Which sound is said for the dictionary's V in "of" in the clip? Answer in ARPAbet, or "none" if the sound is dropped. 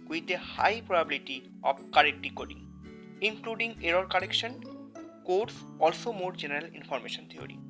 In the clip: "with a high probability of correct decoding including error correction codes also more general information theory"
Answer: B